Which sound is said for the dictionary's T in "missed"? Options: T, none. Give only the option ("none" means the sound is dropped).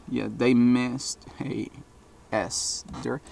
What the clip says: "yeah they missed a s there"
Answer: T